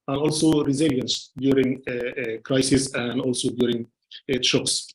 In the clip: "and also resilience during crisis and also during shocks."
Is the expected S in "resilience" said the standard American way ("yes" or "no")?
yes